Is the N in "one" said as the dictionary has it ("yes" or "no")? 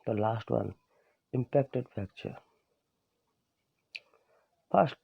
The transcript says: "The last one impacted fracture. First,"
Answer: yes